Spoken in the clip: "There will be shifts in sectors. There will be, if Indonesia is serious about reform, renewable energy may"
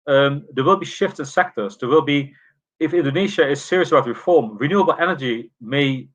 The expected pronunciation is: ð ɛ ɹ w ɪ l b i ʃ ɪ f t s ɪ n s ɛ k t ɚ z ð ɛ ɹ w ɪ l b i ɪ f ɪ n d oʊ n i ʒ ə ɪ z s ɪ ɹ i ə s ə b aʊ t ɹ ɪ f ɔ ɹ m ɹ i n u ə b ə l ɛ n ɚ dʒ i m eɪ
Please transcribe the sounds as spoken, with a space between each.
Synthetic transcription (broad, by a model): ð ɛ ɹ w ɪ l b i ʃ ɪ f t s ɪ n s ɛ k t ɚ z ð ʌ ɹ w ɪ l b i ɪ f ɪ n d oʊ n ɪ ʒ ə ɪ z s ɪ ɹ i ə s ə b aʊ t ɹ ɪ f ɔ ɹ m ɹ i n u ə b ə l ɛ n ɚ dʒ i m eɪ